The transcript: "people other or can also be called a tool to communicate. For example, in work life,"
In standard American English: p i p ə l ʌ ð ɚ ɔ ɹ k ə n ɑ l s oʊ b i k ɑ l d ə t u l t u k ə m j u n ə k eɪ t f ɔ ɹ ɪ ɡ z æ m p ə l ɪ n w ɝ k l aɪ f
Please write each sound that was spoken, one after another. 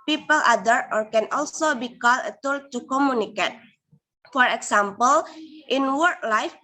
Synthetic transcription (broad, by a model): p i p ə l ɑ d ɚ ɔ ɹ k ə n ɑ l s oʊ b i k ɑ l ə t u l t u k ə m j u n ə k eɪ t f ɔ ɹ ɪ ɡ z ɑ m p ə l ɪ n w ɝ k l aɪ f